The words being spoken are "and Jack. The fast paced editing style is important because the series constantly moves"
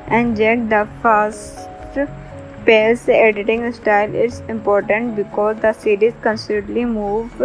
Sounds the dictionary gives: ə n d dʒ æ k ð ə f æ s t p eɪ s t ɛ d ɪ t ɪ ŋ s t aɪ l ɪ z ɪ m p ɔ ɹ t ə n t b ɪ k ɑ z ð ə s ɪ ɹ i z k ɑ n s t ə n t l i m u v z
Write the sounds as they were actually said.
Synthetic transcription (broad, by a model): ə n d dʒ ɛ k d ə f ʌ s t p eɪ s ɛ d ɪ t ɪ ŋ s t aɪ l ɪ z ɪ m p ɔ ɹ t ə n t b ɪ k ɑ z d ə s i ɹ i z k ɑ n s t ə t l i m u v